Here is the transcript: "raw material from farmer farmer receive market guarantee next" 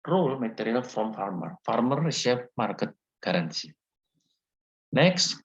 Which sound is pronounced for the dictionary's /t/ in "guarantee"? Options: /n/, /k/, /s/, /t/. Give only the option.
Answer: /s/